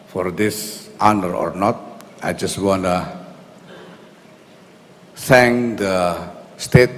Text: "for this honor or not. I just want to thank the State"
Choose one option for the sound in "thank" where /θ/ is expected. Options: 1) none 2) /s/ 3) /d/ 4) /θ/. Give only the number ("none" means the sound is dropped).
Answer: 2